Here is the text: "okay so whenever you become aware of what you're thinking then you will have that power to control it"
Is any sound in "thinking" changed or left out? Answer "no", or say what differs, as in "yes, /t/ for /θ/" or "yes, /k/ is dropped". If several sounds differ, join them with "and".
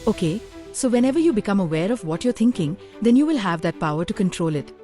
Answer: yes, /t/ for /θ/